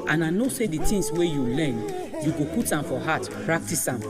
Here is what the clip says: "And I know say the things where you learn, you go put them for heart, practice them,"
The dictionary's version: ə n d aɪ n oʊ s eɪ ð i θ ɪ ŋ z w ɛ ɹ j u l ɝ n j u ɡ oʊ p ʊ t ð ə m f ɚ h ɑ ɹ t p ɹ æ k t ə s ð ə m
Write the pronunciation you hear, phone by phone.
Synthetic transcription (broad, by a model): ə n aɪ n oʊ s eɪ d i t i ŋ s w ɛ j u l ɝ n j u ɡ oʊ p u t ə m f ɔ h ɑ t p ɹ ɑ k t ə s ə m